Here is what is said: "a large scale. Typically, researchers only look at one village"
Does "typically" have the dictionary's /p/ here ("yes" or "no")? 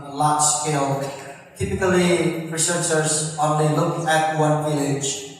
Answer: yes